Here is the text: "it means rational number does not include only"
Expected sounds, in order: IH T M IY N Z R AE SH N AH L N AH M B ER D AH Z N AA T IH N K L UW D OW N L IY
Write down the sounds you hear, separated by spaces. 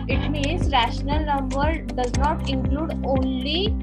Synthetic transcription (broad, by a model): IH T M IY N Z R AE SH N AH L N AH M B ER D AH Z N AA T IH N K L UW D OW N L IY